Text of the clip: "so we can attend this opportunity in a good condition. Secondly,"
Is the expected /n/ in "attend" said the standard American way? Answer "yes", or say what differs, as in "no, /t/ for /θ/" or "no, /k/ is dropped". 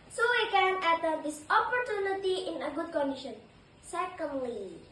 no, /n/ is dropped